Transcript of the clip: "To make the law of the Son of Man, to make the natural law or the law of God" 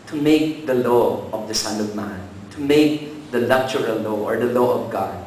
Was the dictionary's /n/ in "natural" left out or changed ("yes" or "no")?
yes